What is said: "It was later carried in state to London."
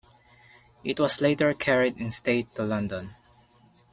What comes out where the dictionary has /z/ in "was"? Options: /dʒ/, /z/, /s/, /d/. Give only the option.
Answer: /s/